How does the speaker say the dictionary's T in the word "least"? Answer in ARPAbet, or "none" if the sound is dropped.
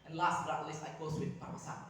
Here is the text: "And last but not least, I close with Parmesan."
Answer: none